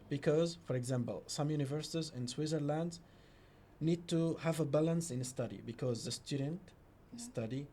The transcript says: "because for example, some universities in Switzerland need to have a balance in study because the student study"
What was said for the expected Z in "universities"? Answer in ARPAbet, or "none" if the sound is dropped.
Z